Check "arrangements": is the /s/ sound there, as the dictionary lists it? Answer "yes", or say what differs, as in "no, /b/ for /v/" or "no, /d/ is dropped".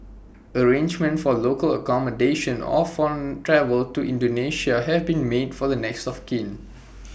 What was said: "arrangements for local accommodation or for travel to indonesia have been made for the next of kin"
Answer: no, /s/ is dropped